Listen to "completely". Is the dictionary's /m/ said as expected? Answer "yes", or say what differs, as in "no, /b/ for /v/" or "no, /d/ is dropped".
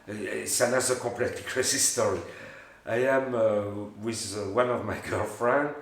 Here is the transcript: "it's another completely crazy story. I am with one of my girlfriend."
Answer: no, /m/ is dropped